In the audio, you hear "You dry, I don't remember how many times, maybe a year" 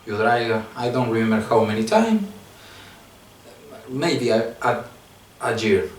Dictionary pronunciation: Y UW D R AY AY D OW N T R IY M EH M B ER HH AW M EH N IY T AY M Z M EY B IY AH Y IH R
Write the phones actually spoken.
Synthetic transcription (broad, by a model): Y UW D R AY AY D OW N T R IY M EH M B ER HH AW M EH N IY T AY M M EY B IY AH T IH R